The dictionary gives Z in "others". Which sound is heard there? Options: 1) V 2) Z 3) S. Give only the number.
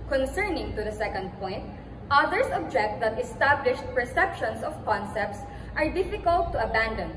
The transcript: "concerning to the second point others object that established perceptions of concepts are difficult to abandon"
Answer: 3